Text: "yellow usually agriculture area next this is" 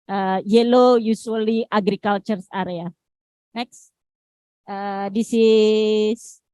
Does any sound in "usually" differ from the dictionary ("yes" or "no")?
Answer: yes